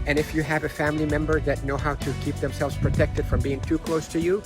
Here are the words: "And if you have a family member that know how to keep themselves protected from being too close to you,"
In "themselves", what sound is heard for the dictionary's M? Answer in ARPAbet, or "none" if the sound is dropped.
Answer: M